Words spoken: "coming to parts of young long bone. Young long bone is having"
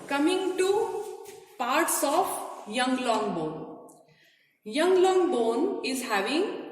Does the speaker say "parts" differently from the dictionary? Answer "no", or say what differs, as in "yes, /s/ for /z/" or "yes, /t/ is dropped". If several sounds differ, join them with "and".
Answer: no